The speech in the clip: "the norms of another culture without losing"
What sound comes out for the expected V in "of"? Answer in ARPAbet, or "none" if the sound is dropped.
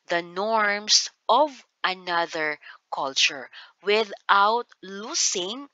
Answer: V